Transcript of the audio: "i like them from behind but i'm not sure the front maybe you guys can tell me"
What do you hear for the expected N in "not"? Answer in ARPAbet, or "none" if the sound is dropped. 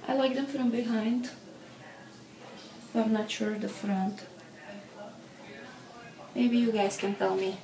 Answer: N